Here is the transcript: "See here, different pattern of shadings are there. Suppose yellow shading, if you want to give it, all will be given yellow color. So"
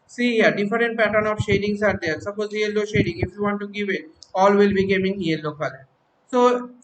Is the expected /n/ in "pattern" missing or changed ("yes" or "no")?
no